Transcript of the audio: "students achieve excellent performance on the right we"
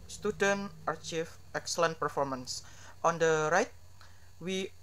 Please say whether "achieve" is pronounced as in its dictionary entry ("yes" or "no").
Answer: no